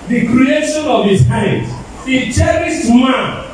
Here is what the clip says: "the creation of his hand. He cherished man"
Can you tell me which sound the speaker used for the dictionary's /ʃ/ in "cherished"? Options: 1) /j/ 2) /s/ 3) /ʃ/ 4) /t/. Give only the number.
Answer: 2